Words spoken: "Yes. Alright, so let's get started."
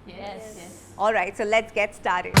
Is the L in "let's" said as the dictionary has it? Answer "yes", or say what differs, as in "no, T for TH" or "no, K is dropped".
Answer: yes